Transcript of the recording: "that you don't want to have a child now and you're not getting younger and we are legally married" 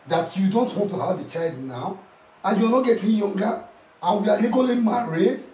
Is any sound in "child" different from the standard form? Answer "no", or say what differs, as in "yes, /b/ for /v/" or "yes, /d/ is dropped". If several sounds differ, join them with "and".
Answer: no